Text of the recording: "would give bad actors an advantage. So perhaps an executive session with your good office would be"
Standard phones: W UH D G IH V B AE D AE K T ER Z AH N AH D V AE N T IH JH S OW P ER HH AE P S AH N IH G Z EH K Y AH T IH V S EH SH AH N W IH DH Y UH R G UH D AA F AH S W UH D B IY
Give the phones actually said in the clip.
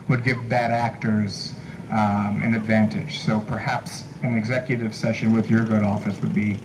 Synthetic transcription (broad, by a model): W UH D G IH V B AE D AE K T ER Z AH N AH D V AE N T IH JH S OW P ER HH AE P S AH N IH G Z EH K Y AH T IH V S EH SH AH N W IH DH Y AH R G UH D AA F AH S W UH D B IY